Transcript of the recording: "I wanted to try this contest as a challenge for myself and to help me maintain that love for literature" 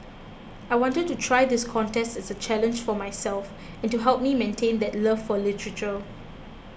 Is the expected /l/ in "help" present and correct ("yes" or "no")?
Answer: yes